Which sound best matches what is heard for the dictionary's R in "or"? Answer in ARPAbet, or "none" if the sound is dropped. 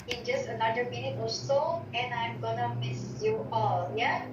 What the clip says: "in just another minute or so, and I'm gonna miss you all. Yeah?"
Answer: L